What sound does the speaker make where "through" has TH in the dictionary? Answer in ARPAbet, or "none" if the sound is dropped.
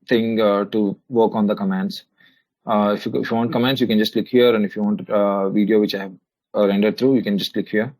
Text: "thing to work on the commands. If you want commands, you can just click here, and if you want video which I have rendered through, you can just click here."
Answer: T